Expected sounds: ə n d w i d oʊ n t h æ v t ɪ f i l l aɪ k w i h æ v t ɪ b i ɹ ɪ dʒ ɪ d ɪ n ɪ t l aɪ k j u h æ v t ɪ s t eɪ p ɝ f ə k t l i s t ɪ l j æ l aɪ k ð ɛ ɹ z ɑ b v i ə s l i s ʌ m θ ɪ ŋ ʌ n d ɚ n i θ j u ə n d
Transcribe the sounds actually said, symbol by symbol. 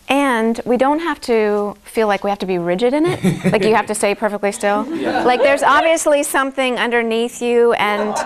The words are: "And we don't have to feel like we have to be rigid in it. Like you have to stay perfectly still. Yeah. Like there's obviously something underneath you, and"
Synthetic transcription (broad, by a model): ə n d w i d oʊ n t h æ f t ɪ f i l l aɪ k w i h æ f t ɪ b i ɹ ɪ dʒ ɪ d ɪ n ɪ t l aɪ k j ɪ h æ f t ɪ s t eɪ p ɝ f ə k t l i s t ɪ l l aɪ k ð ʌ ɹ z ɑ b v i ə s l i s ʌ m θ ɪ ŋ ʌ n d ɚ n i θ j u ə n